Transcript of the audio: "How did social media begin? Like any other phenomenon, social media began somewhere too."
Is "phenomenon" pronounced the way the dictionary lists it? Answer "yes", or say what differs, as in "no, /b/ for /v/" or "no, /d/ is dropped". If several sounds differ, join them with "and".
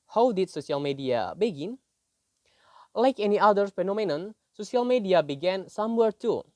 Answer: yes